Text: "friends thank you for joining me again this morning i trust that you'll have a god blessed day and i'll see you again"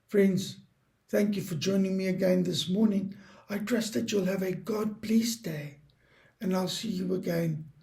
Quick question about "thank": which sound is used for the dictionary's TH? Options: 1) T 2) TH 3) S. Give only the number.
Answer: 2